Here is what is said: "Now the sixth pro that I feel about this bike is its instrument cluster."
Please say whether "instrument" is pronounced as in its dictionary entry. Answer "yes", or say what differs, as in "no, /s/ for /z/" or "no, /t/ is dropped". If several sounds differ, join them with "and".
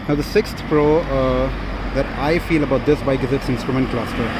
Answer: yes